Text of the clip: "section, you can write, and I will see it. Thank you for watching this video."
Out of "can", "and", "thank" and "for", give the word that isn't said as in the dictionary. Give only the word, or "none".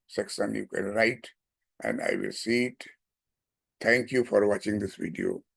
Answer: thank